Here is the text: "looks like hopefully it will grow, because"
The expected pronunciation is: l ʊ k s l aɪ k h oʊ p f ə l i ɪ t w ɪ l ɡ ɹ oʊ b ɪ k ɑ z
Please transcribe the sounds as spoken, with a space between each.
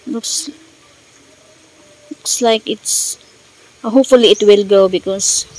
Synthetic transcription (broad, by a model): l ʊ k s l aɪ k h oʊ p f ə l i ɪ t w ɪ l ɡ oʊ b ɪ k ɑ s